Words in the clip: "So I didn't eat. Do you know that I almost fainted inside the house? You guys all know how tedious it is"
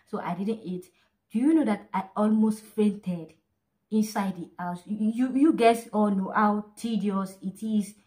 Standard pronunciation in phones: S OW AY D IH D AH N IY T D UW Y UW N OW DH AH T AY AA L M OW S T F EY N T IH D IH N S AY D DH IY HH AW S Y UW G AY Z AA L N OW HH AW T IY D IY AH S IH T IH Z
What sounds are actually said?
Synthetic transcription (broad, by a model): S OW AY D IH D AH N IY T D UW Y UW N OW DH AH T AY AA L M OW S T F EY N T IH D IH N S AY D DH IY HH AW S Y UW G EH S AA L N OW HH AW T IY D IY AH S IH T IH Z